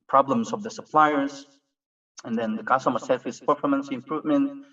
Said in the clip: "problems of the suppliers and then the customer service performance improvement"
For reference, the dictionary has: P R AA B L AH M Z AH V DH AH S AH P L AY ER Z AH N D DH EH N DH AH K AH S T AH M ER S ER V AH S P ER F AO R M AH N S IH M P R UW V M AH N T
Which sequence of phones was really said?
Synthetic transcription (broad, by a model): P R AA B L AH M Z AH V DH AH S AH P L AY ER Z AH N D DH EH N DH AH K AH S T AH M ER S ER F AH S P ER F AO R M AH N S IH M P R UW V M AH N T